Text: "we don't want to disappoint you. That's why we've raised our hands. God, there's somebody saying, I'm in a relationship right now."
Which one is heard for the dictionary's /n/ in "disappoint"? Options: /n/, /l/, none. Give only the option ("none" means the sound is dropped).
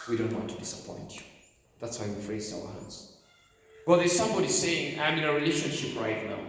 /n/